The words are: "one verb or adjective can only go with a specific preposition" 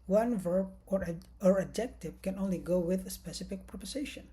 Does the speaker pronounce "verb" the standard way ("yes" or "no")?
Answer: yes